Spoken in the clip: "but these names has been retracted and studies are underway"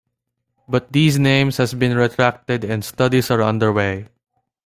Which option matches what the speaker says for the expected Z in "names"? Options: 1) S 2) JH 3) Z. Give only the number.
1